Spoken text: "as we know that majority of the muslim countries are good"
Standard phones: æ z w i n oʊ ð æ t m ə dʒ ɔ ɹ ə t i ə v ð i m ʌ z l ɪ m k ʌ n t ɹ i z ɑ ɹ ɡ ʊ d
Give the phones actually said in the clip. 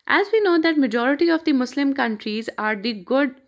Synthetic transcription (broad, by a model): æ z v i n oʊ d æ t m ə dʒ ɔ ɹ ə t i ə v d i m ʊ s l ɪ m k ʌ n t ɹ i z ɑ ɹ ɡ ʊ d